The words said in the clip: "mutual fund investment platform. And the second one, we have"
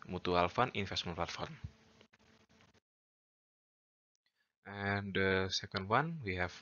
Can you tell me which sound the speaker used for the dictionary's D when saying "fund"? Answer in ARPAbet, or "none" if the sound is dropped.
none